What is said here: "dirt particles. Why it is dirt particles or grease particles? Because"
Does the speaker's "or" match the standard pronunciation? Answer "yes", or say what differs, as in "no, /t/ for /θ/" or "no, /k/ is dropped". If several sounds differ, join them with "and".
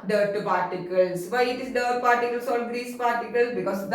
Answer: no, /l/ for /ɹ/